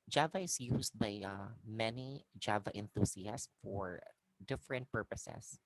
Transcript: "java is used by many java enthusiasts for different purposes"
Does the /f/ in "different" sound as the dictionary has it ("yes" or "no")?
yes